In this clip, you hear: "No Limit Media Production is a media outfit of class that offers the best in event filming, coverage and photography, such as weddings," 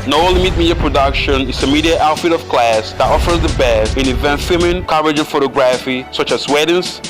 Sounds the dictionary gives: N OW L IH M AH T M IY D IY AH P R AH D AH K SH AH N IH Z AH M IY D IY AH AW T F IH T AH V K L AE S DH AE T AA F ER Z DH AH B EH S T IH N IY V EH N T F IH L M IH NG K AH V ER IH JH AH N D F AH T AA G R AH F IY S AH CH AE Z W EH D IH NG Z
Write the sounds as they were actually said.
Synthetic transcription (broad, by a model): N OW L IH M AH T M IY D IY AH P R AH D AH K SH AH N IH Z AH M IY D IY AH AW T F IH T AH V K L AE S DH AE T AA F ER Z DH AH B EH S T IH N IY V EH N T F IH M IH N K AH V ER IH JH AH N F AH T AA G R AH F IY S AH CH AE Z W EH D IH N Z